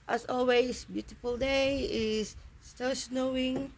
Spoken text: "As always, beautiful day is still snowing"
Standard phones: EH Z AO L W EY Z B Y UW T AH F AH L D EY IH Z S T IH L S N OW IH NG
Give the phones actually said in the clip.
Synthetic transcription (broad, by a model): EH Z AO L W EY S B Y UW T AH F AH L D EY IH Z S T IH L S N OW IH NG